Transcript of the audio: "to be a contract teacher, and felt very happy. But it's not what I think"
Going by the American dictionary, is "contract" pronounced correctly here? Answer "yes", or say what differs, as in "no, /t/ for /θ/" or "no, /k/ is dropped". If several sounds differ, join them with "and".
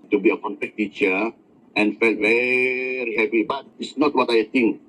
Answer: no, /ɹ/ is dropped